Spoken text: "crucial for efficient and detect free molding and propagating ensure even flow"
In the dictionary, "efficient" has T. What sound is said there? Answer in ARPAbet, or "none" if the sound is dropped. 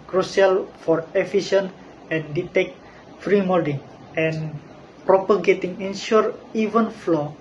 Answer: none